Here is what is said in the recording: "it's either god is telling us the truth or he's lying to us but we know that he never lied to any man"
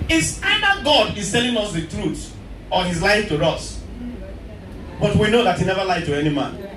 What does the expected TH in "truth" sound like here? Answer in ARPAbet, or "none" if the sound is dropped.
S